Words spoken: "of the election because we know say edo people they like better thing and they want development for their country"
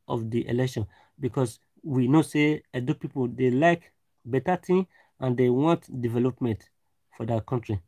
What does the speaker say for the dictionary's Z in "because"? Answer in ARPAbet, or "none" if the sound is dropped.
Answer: S